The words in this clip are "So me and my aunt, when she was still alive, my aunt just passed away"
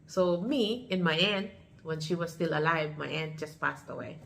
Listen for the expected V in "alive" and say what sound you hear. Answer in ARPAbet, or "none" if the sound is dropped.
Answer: V